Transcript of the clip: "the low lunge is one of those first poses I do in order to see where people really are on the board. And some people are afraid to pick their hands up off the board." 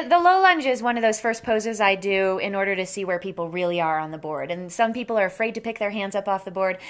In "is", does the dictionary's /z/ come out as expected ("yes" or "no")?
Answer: yes